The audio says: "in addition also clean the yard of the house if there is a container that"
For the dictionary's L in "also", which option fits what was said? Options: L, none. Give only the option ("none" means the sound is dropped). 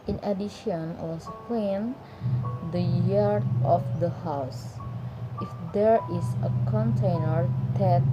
none